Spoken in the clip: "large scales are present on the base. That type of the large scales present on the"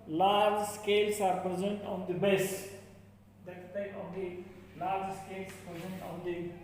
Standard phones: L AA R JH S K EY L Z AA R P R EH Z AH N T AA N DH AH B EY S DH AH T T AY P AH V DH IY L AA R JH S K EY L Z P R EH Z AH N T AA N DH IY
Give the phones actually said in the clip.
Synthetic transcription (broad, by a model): L AA R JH S K EY L S AA R P R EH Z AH N T AA N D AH B EY S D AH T S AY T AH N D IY L AA R JH S K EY L S P R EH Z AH N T AA N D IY